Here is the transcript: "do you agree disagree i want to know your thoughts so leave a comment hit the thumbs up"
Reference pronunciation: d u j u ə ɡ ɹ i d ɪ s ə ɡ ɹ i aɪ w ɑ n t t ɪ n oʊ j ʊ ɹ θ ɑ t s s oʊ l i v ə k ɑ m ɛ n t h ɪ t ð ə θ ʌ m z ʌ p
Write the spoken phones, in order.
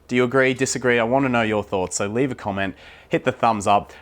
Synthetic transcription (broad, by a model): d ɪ j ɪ ə ɡ ɹ i d ɪ s ə ɡ ɹ i aɪ w ɑ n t t ɪ n oʊ j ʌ ɹ θ ɑ t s s oʊ l i v ə k ɑ m ɛ n t h ɪ t ð ə θ ʌ m z ʌ p